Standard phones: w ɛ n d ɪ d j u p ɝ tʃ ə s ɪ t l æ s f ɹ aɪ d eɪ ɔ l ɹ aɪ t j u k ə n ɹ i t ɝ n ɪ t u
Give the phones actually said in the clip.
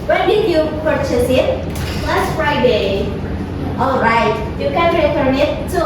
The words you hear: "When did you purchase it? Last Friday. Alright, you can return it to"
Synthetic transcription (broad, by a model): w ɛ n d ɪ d j u p ɝ tʃ ə s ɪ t l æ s f ɹ aɪ d eɪ ɔ l ɹ aɪ t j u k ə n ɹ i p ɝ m ɪ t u